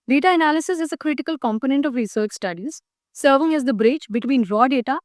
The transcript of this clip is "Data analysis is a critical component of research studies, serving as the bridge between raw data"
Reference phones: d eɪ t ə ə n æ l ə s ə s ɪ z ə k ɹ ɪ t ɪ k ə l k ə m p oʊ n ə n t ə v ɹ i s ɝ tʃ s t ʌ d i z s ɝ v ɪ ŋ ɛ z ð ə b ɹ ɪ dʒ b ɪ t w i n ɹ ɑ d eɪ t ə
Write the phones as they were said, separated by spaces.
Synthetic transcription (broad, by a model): d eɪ t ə ə n æ l ə s ə s ɪ z ə k ɹ ɪ t ɪ k ə l k ə m p oʊ n ə n t ə v ɹ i s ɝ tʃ s t ʌ d i z s ɝ v ɪ ŋ ɛ z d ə b ɹ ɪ tʃ b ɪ t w i n ɹ ɑ d eɪ t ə